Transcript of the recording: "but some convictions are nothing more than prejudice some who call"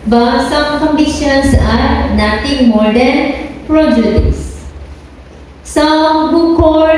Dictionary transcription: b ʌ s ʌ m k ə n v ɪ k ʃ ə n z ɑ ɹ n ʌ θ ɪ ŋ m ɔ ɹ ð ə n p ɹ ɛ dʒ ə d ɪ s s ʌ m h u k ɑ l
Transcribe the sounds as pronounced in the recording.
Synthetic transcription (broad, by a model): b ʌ s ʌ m k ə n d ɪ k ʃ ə n s ɑ ɹ n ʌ t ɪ ŋ m ɔ ɹ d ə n p ɹ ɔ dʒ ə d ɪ s s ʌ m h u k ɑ